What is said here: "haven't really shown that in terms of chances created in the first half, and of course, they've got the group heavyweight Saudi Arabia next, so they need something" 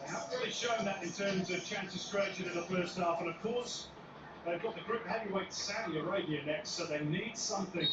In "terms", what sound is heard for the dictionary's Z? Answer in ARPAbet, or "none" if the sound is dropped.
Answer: Z